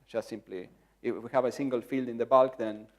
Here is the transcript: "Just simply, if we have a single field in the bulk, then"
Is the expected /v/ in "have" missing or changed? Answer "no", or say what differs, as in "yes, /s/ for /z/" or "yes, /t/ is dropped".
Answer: no